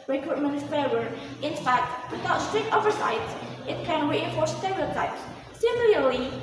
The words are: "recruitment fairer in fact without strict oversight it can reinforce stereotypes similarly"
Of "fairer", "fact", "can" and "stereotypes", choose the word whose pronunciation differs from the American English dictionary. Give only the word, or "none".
fairer